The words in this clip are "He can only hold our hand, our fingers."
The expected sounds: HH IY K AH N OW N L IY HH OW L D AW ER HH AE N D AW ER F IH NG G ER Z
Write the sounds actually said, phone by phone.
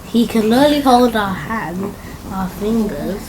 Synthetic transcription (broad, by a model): HH IY K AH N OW L IY HH OW L D AW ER HH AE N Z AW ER F IH NG G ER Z